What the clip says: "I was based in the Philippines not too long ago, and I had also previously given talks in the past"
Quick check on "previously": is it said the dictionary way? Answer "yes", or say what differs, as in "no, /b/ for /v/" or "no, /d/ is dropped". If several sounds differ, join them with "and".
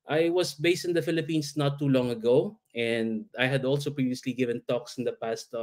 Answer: yes